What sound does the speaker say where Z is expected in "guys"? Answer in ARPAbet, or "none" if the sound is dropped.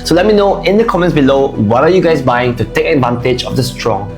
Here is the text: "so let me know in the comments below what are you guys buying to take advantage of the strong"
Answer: S